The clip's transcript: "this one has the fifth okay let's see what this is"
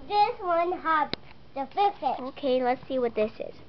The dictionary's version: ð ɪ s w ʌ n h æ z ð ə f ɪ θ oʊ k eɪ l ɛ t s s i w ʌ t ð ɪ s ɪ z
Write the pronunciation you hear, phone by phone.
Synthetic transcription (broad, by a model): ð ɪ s w ʌ n h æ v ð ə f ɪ s oʊ k eɪ l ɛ t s s i w ʌ t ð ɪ s ɪ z